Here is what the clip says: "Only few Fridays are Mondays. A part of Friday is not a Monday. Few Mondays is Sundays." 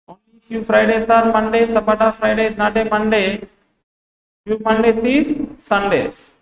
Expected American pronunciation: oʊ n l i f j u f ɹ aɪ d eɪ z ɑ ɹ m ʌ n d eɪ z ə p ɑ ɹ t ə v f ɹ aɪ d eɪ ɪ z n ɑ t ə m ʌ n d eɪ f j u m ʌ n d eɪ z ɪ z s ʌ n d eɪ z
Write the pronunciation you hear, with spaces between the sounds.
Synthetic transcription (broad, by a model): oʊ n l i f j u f ɹ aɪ d eɪ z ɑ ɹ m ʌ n d eɪ s ə b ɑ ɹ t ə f ɹ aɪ d eɪ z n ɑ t ə m ʌ n d eɪ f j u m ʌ n d eɪ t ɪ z s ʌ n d eɪ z